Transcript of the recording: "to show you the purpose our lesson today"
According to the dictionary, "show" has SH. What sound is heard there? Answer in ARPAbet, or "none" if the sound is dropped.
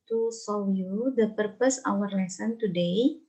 S